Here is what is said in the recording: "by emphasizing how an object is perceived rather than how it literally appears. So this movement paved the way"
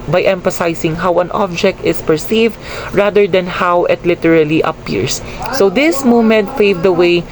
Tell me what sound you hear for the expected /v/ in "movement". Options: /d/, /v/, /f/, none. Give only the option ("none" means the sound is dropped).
none